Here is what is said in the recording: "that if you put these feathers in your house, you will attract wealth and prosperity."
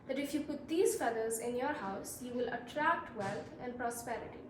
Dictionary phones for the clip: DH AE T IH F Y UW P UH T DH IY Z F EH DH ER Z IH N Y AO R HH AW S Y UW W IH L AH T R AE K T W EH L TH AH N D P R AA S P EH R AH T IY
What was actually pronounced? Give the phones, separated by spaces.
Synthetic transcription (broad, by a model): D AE T IH F Y UW P UH T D IY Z F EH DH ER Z IH N Y AO R HH AW S Y UW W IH L AH T R AE K T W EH L T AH N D P R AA S P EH R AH T IY